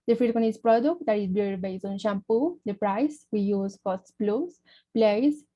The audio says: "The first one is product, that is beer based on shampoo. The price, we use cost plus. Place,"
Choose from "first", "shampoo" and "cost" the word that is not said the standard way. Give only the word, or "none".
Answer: first